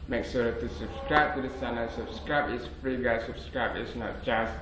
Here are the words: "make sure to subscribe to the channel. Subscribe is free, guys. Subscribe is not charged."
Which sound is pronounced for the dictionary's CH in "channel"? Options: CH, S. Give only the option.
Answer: S